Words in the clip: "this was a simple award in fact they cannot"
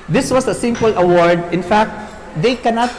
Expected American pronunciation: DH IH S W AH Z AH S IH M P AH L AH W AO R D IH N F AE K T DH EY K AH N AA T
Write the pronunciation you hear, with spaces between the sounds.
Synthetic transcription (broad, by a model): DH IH S W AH S AH S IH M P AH L AH W AO R D IH N F AE K T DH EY K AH N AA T